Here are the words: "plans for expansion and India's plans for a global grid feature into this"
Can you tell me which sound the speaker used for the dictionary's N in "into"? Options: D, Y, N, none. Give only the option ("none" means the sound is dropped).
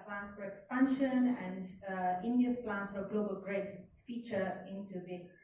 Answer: N